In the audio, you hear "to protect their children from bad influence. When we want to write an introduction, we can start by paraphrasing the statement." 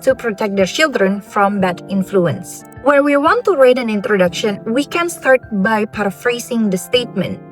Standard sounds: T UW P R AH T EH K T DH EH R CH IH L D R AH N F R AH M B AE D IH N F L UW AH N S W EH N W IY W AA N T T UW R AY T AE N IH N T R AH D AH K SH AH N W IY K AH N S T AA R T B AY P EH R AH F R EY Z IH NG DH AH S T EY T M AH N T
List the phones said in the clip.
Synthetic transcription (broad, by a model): T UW P R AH T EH K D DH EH R CH IH L D R AH N F R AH M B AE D IH N F L UW AH N S W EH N W IY W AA N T T UW R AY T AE N IH N T R AH D AH K SH AH N W IY K AH N S T AA R T B AY P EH R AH F R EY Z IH NG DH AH S T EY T M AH N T